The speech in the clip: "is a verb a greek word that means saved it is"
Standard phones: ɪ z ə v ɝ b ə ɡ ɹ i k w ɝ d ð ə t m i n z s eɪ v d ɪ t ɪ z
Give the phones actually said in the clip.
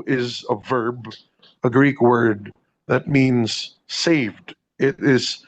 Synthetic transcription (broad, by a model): ɪ z ə v ɝ b ə ɡ ɹ i k w ɝ d ð ə t m i n z s eɪ v d ɪ t ɪ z